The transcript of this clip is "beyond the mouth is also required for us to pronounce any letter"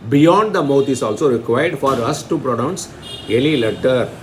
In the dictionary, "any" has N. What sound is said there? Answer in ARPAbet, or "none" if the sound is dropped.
L